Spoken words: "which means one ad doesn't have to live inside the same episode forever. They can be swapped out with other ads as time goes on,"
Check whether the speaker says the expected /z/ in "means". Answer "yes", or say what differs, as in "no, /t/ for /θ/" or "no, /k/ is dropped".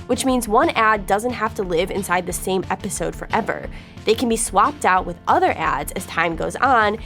yes